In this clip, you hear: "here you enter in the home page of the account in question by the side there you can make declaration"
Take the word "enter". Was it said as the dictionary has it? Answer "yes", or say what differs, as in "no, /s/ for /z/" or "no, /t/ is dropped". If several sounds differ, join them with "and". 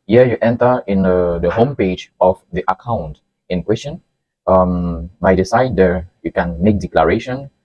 yes